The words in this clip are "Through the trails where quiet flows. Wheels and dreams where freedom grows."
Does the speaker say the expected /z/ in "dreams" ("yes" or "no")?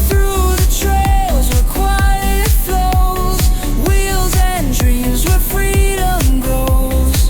yes